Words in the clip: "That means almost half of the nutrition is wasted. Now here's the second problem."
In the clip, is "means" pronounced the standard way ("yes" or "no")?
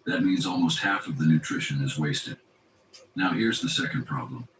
yes